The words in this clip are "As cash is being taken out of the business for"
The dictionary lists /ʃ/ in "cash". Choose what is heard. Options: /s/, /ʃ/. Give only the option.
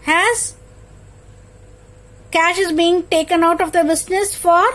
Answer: /ʃ/